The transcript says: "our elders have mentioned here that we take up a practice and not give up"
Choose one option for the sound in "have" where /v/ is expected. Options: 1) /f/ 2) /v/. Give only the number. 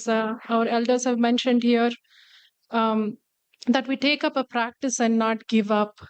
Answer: 2